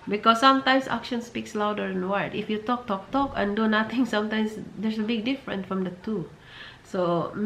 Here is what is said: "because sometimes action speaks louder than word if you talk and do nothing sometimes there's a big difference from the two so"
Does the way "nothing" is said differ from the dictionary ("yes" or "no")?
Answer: yes